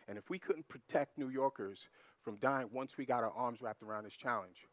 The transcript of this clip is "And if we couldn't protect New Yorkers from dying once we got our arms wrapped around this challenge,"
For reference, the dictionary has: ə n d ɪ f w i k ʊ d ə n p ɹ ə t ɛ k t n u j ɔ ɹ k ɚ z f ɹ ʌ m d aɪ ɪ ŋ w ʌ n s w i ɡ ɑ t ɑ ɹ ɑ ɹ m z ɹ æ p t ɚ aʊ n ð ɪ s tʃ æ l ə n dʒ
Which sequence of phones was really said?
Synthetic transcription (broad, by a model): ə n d ɪ f w i k ʊ d n p ɹ ə t ɛ k t n u j ɔ ɹ k ɚ z f ɹ ʌ m d aɪ ɪ ŋ w ʌ n s w i ɡ ɑ t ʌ ɹ ɑ ɹ m z ɹ æ p t ɚ aʊ n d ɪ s tʃ æ l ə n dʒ